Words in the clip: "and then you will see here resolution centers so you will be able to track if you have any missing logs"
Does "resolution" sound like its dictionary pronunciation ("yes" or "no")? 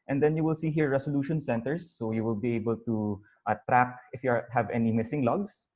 no